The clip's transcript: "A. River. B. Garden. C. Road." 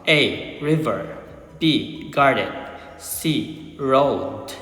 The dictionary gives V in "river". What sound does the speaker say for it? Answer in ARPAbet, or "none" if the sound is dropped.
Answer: V